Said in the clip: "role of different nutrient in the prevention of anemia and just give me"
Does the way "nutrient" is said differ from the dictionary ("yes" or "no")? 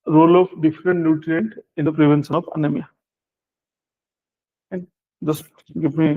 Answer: no